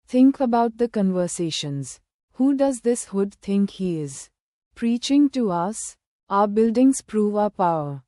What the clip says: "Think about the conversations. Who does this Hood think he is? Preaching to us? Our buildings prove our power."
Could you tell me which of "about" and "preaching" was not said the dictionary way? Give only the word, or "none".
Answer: none